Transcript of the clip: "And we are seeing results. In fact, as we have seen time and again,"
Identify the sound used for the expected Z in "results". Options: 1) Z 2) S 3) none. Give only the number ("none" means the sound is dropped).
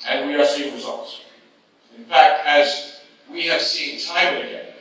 1